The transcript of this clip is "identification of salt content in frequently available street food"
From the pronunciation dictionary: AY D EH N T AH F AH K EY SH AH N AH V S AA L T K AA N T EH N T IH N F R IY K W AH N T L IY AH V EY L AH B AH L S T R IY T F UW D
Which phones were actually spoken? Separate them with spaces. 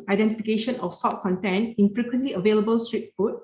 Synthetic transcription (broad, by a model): AY D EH N T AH F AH K EY SH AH N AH F S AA T K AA N T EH N IH N F R IY K W AH N T L IY AH V EY L AH B AH L S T R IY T F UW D